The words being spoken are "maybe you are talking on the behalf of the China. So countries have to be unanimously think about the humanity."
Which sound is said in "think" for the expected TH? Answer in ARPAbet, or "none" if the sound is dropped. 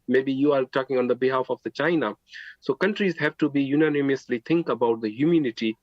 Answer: T